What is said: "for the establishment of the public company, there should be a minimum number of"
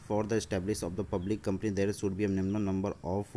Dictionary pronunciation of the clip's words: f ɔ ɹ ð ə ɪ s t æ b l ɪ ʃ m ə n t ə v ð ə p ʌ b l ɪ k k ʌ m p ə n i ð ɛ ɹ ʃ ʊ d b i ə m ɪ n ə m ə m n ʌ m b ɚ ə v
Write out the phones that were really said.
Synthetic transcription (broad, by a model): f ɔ ɹ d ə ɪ s t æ b l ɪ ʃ ə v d ə p ʌ b l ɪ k k ʌ m p ə n i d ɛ ɹ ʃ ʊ d b i ə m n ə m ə n ʌ m b ɚ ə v